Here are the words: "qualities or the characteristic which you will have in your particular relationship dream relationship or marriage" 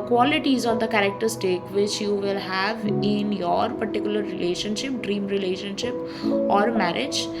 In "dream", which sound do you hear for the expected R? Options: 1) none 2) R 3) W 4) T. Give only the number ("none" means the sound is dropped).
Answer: 2